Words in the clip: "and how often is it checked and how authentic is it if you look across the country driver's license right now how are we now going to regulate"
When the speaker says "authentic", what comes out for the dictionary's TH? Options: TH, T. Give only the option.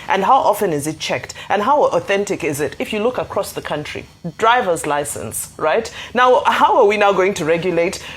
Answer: TH